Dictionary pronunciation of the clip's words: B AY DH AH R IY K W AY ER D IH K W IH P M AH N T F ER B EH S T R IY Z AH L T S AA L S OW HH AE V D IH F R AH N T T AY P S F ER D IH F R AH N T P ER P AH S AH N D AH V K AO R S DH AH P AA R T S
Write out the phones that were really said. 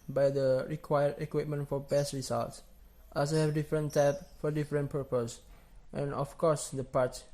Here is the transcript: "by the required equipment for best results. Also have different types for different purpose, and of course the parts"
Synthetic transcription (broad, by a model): B AY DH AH R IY K W AY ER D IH K W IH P M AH N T F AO B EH S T R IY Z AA L T S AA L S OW HH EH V D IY F R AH N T T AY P F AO D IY F R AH N P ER P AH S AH N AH F K AO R S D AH P AA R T